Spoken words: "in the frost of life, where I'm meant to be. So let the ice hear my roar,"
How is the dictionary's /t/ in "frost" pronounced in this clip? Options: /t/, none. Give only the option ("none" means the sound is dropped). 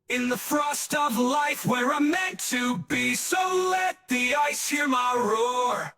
/t/